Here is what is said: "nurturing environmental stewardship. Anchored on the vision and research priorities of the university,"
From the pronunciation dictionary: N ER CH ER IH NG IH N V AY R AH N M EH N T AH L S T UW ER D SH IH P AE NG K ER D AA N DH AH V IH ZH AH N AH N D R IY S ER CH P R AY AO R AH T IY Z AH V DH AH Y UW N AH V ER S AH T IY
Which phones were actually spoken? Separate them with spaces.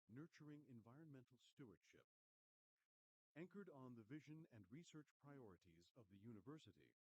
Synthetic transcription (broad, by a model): N ER CH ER IH NG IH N V AY R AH N M EH N T L S T UW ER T SH IH P AE NG K ER D N DH AH V IH ZH AH N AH N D R IY S ER CH P R AY AO R AH T IY Z AH V DH AH Y UW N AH V ER S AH T IY